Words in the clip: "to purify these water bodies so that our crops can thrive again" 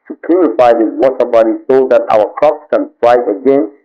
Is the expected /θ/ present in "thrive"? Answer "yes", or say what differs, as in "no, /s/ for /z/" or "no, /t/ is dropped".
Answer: no, /f/ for /θ/